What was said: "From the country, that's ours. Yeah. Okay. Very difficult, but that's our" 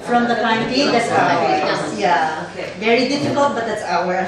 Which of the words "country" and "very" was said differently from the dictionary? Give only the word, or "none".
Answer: country